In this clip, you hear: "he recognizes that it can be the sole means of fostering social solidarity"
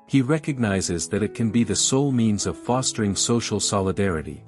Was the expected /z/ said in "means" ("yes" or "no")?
yes